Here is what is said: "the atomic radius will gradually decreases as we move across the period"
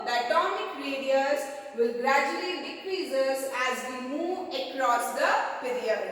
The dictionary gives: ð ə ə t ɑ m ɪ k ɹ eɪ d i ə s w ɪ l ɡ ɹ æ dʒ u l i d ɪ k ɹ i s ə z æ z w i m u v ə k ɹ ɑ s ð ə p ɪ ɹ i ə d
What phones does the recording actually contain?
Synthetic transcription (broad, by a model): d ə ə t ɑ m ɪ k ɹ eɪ d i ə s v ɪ l ɡ ɹ æ dʒ u l i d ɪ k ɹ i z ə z æ z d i m u v ə k ɹ ɑ s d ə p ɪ ɹ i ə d